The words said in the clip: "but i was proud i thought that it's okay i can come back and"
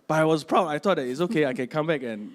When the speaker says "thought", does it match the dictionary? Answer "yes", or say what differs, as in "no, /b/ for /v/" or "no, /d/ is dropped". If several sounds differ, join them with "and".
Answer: no, /t/ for /θ/